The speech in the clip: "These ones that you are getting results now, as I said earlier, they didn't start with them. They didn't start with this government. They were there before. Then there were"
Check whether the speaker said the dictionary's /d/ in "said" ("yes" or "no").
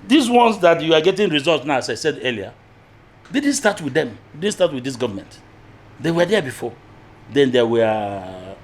yes